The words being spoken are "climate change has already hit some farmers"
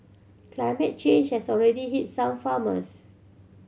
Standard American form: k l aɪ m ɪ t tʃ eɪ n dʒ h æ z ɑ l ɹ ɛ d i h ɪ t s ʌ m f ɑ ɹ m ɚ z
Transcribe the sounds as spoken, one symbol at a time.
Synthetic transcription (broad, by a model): k l aɪ m ɪ t tʃ eɪ n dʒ h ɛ s ɑ l ɹ ɛ d i h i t s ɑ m f ɑ m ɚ s